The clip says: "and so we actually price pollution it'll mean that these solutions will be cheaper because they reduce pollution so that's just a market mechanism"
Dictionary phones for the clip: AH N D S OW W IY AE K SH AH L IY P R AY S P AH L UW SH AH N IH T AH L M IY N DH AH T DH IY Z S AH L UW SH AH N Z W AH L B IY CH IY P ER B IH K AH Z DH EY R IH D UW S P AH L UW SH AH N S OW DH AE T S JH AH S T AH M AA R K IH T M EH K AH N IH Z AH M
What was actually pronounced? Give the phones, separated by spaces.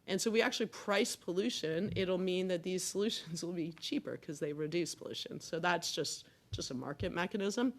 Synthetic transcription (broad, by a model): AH N S OW W IY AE K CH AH L IY P R AY S P AH L UW SH AH N IH T L M IY N DH AH T DH IY Z S AH L UW SH AH N Z W AH L B IY CH IY P ER K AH Z DH EY R IH D UW S P AH L UW SH AH N S OW DH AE T S JH AH S T AH M AA R K IH T M EH K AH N IH Z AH M